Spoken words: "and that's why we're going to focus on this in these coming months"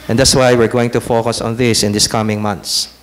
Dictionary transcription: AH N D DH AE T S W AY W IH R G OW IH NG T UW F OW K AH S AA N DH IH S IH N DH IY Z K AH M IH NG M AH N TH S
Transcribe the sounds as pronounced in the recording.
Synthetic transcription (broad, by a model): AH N D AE T S W AY W IH R G OW IH NG T UW F OW K AH S AA N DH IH S IH N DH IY S K AH M IH NG M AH N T S